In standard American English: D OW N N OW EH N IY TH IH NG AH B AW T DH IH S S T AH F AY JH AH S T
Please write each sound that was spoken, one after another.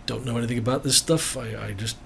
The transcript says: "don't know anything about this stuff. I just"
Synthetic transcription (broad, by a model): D OW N N OW EH N IY TH IH NG AH B AW T DH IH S S T AH F AY JH AH S T